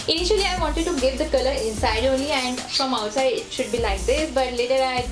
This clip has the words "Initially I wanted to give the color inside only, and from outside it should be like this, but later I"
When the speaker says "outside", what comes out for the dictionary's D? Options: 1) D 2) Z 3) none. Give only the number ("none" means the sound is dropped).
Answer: 3